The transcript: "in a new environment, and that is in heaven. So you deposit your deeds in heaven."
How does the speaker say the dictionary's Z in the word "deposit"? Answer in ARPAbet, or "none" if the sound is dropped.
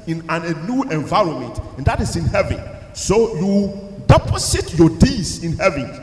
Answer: S